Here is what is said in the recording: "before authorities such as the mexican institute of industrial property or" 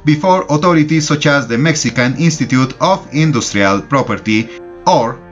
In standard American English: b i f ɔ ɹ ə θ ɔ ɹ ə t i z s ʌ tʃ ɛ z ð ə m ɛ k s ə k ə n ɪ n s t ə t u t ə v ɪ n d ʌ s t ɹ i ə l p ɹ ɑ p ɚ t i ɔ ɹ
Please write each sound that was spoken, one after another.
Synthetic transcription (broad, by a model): b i f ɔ ɹ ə t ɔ ɹ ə t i s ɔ tʃ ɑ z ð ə m ɛ k s ə k ə n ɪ n s t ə t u t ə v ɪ n d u s t ɹ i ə l p ɹ ɑ p ɚ t i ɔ ɹ